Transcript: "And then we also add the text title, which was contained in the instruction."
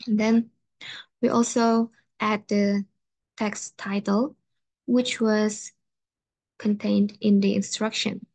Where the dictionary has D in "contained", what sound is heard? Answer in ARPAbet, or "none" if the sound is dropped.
D